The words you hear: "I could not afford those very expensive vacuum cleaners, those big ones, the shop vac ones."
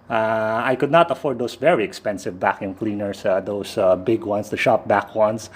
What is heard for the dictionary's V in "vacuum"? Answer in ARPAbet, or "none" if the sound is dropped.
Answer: V